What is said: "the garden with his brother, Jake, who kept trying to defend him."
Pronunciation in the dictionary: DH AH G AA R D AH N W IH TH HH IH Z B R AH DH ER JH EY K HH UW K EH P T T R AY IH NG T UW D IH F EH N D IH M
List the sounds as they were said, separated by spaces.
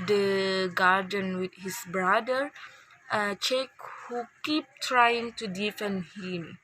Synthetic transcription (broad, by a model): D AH G AA R D AH N W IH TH HH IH S B R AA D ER CH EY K HH UW K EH P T T R AY IH NG T UW D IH F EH N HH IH M